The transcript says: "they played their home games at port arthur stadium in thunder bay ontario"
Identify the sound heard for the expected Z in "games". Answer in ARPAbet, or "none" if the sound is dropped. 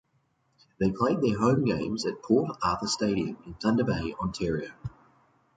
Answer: Z